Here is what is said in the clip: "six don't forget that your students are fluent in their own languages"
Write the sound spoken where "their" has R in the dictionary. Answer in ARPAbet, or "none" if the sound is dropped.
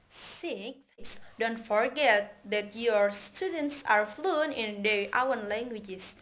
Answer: W